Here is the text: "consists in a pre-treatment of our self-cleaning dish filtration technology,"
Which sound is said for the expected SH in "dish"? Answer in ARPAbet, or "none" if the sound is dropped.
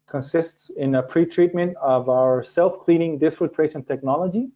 S